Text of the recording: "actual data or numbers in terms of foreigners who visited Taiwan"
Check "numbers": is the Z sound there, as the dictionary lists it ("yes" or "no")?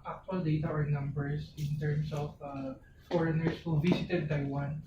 no